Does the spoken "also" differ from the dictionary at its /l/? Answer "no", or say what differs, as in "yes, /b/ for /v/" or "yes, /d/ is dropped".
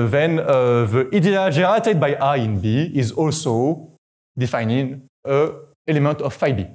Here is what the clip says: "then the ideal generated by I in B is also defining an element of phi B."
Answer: no